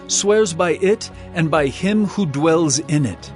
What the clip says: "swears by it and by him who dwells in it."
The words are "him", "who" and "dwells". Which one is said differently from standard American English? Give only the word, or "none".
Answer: none